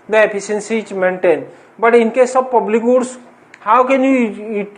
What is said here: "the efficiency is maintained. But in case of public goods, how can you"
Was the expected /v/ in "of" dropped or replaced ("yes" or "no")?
yes